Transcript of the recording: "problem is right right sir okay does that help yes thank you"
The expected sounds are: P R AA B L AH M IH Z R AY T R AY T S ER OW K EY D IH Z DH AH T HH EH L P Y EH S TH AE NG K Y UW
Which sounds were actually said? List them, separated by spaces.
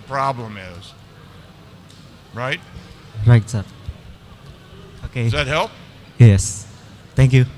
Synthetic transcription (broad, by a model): P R AA B L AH M IH Z R AY T R AY T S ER OW K EY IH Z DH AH T HH EH L P Y EH S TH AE NG K Y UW